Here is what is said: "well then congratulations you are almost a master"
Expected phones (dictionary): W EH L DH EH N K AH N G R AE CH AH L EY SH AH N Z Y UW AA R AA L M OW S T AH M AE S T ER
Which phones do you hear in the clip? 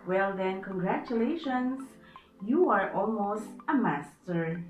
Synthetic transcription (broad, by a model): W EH L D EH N K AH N G R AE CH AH L EY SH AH N S Y UW AA R AA L M OW S T AH M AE S T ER